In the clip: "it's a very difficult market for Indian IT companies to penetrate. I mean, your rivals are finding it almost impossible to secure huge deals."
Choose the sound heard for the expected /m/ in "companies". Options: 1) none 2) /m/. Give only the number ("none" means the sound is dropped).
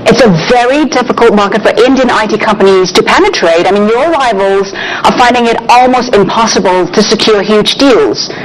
2